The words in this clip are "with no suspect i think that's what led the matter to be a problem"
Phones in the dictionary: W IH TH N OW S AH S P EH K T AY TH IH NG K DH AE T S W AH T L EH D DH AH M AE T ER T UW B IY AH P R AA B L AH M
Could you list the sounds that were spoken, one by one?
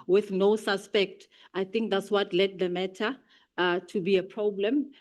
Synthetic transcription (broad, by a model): W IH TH N OW S AH S P EH K T AY TH IH NG K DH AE T S W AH T L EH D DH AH M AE T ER T UW B IY AH P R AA B L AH M